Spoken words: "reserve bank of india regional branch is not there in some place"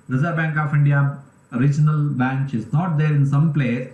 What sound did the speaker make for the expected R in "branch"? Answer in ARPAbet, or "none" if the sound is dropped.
none